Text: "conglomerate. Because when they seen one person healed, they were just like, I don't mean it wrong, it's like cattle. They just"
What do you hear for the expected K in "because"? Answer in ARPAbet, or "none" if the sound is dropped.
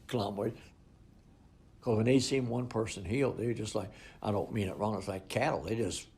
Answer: none